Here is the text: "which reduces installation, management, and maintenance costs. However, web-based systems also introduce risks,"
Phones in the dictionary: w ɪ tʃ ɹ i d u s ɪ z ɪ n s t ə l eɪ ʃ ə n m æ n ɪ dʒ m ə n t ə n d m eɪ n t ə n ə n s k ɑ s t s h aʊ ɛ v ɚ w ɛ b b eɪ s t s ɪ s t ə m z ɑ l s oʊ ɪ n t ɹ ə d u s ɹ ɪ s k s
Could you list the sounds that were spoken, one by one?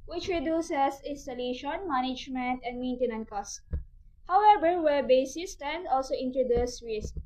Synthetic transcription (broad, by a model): w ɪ tʃ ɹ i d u s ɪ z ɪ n s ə l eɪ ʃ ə n m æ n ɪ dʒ m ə n t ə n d m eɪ n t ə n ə n k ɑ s s h aʊ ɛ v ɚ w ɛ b b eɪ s s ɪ s t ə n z ɑ l s oʊ ɪ n t ɹ ə d u s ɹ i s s